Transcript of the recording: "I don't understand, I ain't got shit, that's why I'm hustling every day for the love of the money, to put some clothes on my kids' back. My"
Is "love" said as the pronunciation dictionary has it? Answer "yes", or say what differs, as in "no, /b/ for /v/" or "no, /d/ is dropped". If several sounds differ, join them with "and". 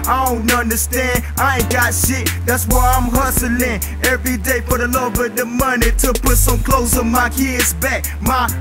no, /b/ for /v/